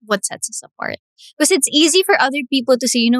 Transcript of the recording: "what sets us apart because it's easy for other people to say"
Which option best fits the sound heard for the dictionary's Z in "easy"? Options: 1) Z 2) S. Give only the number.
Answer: 1